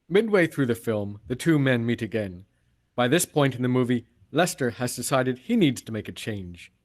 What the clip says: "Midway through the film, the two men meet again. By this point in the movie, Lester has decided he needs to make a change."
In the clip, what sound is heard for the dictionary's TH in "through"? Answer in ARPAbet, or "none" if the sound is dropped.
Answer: TH